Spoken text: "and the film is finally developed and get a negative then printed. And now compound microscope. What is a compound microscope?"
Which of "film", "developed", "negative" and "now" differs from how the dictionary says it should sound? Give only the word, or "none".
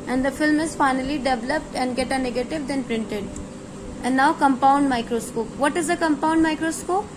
none